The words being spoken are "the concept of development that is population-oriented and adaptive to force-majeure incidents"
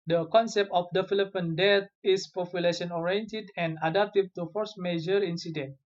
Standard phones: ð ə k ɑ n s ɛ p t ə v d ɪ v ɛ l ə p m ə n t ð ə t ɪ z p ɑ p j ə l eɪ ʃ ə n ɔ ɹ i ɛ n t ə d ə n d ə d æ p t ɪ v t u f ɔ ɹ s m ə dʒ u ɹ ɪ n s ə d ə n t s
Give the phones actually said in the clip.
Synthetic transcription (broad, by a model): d ə k ɑ n s ɛ p t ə f d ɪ f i l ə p ə n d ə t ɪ s p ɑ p j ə l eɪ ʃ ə n ɔ ɹ i ɛ n t ə d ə n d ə d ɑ p t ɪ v t u f ɔ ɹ s m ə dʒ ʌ ɹ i n s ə d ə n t